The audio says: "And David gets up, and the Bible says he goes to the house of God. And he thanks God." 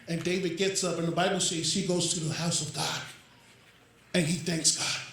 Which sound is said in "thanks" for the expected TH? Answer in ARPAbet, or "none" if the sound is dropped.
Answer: TH